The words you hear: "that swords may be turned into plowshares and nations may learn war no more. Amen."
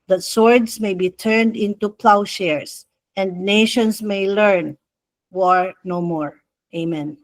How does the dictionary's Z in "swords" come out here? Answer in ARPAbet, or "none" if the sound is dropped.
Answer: S